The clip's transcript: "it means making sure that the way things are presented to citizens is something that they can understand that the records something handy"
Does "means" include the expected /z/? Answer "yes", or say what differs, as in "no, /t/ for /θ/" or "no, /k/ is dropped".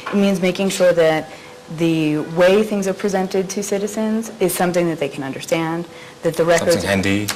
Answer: yes